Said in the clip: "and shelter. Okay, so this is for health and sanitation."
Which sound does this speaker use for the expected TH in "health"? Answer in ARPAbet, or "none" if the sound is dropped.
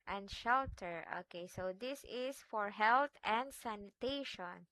T